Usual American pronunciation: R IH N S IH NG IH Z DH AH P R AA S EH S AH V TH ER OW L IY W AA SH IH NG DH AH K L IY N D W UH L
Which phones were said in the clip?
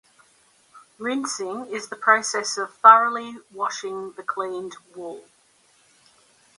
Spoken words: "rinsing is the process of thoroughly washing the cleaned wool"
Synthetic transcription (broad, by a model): R IH N S IH NG IH Z DH AH P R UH S EH S AH V F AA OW L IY W AA SH IH NG DH AH K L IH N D W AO L